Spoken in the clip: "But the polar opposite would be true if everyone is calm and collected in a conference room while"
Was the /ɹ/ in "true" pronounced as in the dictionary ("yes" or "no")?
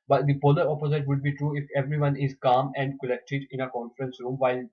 yes